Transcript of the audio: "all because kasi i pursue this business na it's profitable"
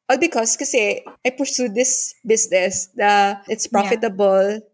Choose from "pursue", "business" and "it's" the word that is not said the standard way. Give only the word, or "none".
business